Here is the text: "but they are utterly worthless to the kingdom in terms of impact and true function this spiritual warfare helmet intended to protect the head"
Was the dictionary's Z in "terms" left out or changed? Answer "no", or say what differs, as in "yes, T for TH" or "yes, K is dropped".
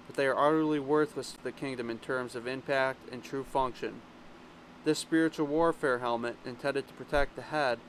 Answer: no